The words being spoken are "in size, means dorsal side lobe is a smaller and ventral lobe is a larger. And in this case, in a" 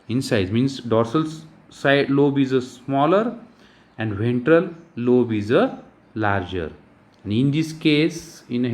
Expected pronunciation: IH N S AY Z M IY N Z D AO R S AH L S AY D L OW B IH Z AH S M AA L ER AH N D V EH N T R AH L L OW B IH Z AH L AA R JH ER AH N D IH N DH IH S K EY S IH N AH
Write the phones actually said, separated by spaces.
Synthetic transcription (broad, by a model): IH N S AY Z M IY N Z D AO R S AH L S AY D L OW B IH Z AH S M AA L ER AH N D V EH N T R AH L L OW B IH Z AH L AA R JH ER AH N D IH N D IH S K EY S IH N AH